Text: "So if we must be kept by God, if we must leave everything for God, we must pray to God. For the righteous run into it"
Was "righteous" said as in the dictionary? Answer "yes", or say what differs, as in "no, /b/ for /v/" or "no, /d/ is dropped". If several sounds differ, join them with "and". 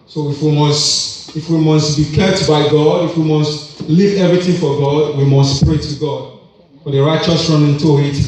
yes